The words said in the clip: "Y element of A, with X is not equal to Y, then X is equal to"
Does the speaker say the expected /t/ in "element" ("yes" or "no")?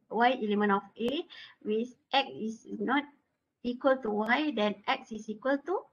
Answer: no